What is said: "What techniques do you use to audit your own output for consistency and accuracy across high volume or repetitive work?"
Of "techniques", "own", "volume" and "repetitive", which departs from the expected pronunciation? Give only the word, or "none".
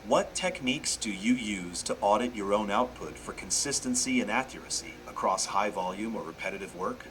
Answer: none